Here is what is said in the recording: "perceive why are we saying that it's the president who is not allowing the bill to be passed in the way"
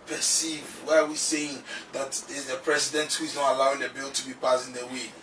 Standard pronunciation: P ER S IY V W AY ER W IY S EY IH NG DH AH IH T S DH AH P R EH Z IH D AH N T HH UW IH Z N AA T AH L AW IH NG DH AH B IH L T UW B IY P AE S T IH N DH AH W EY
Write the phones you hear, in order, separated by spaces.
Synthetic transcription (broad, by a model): P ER S IY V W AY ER W IY S EY IH NG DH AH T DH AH P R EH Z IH D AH N T HH UW IH Z N AA T AH L AW IH NG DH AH B IH L T UW B IY P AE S IH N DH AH W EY